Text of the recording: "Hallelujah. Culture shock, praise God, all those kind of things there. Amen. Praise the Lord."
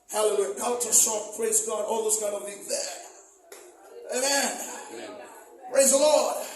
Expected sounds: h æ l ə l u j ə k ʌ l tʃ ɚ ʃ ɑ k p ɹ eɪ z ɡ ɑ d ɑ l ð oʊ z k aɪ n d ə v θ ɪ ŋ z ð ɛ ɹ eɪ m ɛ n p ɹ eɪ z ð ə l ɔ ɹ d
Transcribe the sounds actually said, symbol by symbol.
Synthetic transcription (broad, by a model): h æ l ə l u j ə k ʌ l tʃ ɚ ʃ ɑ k p ɹ eɪ z ɡ ɑ d ɑ l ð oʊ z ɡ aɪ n ə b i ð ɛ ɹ eɪ m ɛ n p ɹ eɪ z ð ə l ɔ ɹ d